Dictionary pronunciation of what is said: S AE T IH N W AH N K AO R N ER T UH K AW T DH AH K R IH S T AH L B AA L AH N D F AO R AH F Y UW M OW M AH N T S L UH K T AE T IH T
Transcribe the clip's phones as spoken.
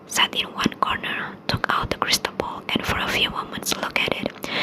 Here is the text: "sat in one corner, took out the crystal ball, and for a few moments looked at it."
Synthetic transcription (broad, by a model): S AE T IH N W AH N K AO R N ER T UH K AW T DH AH K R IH S T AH B AA L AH N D F AO R AH F Y UW M OW M AH N T S L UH K AE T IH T